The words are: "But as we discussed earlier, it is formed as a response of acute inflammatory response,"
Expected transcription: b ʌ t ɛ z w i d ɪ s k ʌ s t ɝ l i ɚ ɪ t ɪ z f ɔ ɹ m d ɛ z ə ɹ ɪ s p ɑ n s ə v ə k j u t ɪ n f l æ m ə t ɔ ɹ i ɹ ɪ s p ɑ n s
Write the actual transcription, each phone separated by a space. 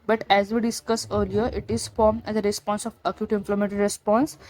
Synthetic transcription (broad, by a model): b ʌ t ɛ z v i d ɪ s k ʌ s ɝ l i ɚ ɪ t ɪ z f ɔ ɹ m d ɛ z ə ɹ ɪ s p ɑ n s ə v ə k j u t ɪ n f l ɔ m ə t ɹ ɹ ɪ s p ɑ n s